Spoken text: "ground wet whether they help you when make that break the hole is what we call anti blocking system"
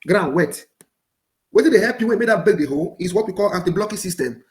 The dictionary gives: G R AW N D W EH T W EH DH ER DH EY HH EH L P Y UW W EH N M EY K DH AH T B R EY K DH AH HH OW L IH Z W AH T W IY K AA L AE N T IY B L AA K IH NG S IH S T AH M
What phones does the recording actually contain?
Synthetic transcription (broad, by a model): G R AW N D W EH T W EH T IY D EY HH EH P Y UW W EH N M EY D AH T B EY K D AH HH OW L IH S W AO T W IY K AA L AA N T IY B L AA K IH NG S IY S T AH M